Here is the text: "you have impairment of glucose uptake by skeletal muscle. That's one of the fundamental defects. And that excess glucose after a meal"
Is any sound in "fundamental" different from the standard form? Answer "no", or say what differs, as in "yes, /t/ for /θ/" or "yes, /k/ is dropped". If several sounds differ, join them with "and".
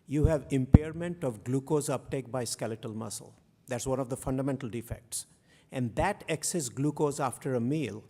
no